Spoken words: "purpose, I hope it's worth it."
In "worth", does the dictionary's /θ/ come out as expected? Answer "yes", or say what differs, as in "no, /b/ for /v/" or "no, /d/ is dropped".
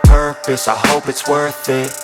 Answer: yes